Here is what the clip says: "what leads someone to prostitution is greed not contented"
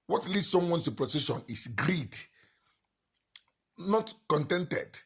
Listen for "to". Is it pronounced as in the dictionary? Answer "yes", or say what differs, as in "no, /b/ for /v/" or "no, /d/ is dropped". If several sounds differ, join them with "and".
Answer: no, /s/ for /t/